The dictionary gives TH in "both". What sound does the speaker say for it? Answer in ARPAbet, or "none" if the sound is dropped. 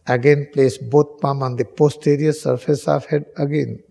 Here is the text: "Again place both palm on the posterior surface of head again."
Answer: T